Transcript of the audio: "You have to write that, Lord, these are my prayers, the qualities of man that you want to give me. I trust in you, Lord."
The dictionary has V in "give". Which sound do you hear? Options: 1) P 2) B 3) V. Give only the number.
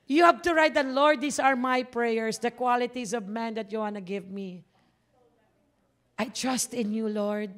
3